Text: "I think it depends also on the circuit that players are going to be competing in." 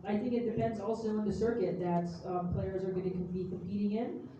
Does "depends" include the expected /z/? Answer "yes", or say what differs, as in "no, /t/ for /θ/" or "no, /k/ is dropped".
yes